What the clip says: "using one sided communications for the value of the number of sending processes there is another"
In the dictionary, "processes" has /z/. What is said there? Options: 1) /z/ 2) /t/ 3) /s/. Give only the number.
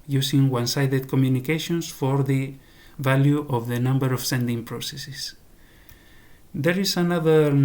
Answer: 3